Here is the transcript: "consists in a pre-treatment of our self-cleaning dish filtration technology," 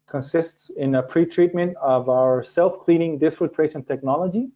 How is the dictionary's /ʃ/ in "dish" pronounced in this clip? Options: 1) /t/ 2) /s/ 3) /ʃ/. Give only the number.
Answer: 2